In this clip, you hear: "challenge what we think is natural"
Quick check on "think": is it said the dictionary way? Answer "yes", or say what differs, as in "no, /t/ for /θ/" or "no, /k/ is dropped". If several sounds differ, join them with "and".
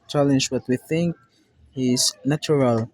yes